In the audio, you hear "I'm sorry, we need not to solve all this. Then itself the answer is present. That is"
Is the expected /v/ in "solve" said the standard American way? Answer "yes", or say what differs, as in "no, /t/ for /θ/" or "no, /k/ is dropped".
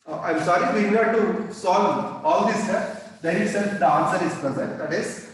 no, /v/ is dropped